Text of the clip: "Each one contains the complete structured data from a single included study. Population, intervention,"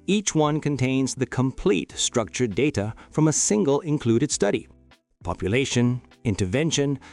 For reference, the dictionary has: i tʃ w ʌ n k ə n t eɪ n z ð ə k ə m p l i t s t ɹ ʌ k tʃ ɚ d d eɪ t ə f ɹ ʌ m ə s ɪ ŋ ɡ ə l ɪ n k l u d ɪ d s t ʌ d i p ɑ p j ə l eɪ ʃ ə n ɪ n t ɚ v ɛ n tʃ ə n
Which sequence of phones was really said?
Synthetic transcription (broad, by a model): i tʃ w ʌ n k ə n t eɪ n z ð ə k ə m p l i t s t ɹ ʌ k tʃ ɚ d d eɪ t ə f ɹ ʌ m ə s ɪ ŋ ɡ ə l ɪ n k l u d ɪ d s t ʌ d i p ɑ p j ə l eɪ ʃ ə n ɪ n t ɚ v ɛ n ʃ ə n